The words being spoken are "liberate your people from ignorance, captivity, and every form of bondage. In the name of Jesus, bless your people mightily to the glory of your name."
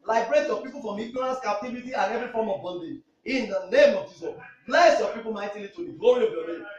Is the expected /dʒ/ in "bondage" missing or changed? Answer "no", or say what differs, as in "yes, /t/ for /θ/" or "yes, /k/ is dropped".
yes, /dʒ/ is dropped